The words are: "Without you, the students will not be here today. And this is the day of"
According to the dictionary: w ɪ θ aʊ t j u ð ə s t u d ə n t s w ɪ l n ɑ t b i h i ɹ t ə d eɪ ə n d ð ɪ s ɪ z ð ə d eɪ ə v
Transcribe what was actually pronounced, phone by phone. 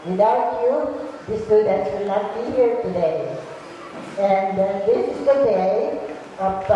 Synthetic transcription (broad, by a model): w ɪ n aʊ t j u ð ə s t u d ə t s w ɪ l n ɑ t b i h i ɹ t ə d eɪ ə n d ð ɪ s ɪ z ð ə d eɪ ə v